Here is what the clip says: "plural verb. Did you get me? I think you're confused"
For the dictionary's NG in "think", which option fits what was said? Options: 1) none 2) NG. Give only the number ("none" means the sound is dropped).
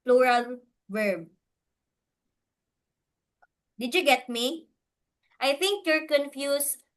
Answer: 2